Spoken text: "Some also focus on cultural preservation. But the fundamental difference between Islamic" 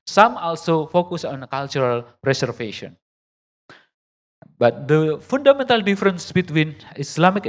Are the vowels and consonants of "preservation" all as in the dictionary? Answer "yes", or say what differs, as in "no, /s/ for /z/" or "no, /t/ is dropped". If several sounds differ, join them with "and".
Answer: no, /s/ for /z/ and /f/ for /v/